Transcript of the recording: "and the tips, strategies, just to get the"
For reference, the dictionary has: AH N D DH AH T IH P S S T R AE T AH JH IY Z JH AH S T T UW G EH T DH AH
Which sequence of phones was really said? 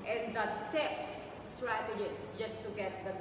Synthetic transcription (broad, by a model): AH N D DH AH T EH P S S T R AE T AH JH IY S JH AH S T T UW G EH T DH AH